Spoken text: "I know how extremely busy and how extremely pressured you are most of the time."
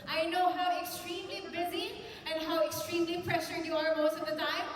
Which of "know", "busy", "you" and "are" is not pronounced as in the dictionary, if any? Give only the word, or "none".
none